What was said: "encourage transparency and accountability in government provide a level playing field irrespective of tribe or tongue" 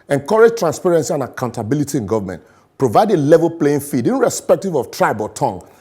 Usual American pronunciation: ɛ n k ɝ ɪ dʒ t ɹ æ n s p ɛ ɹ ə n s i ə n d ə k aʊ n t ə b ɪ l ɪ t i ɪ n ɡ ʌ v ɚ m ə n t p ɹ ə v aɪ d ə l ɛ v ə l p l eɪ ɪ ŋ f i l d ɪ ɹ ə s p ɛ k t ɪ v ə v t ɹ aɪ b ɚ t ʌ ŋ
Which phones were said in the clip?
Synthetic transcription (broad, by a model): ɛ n k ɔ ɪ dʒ t ɹ æ n s p ɛ ɹ ə n s i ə n ə k aʊ n t ə b ɪ l ɪ t i ɪ n ɡ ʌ v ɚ m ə n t p ɹ ə v aɪ d ə l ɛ v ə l p l eɪ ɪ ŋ f i d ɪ ɹ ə s p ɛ k t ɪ v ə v t ɹ aɪ b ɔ t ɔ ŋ